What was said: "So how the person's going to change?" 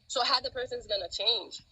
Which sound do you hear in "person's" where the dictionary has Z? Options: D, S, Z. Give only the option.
Z